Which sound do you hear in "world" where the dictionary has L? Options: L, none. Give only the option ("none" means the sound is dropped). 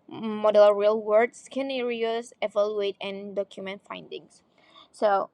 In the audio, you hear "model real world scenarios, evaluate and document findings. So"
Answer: none